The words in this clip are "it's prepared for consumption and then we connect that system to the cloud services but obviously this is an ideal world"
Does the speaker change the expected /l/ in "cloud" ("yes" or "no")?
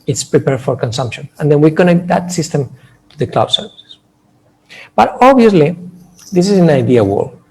no